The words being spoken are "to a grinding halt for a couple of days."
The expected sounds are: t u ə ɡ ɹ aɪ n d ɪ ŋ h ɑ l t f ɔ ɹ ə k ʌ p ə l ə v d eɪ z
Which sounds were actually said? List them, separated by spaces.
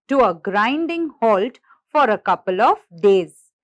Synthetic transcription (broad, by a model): t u ə ɡ ɹ aɪ n d ɪ ŋ h ɑ l t f ɔ ɹ ə k ʌ p ə l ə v d eɪ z